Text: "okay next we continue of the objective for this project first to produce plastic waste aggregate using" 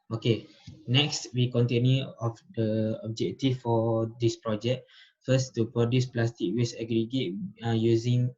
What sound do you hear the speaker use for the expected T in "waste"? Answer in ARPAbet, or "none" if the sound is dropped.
none